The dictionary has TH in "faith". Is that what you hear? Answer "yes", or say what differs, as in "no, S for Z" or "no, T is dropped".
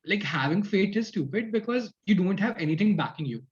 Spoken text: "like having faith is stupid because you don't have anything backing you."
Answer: no, T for TH